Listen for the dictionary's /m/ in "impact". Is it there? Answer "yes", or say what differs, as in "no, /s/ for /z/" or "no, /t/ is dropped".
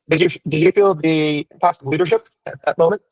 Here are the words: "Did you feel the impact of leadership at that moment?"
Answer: no, /m/ is dropped